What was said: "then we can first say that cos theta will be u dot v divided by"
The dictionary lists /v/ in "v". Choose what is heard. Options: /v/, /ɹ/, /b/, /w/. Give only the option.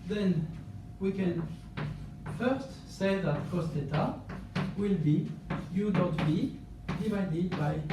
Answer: /b/